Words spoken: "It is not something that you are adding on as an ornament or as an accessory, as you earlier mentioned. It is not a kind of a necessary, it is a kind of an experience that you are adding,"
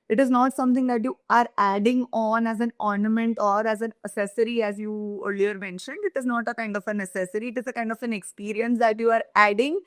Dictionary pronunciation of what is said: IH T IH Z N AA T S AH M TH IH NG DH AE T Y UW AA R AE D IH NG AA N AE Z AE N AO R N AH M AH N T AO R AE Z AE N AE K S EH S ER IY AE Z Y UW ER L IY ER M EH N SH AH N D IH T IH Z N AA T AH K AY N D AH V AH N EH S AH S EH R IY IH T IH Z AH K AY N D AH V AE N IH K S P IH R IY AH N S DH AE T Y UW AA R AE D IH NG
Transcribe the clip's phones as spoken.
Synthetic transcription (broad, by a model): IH T IH Z N AA T S AH M T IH NG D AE T Y UW AA R AE D IH NG AA N AE Z AE N AO R N AH M AH N T AO R AE Z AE N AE S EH S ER IY AE Z Y UW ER L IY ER M EH N SH AH N D IH T IH Z N AA T AH K AY N D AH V AH N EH S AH S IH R IY IH T IH Z AH K AY N D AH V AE N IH K S P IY R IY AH N S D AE T Y UW AA R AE D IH NG